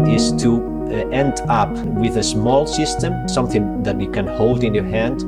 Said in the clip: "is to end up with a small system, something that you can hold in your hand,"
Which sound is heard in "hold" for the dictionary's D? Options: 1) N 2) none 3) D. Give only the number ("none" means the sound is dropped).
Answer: 3